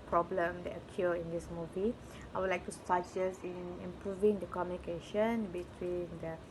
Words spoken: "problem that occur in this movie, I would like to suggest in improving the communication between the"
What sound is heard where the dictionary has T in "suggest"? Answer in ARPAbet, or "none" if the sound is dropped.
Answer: none